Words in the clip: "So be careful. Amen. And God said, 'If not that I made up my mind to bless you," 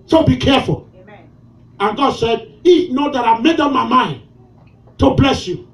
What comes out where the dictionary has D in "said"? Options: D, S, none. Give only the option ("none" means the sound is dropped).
D